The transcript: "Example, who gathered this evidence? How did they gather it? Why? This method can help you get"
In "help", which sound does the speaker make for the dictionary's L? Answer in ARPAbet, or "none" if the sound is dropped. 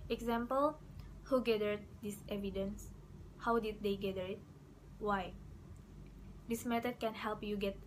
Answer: L